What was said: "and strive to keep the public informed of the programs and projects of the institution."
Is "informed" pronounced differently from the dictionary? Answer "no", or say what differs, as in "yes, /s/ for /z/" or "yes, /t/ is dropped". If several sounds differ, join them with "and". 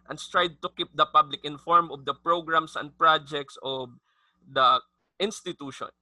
yes, /d/ is dropped